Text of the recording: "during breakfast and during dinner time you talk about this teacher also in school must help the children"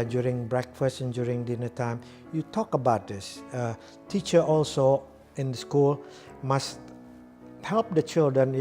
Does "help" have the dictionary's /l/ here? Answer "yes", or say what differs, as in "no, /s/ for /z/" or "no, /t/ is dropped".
yes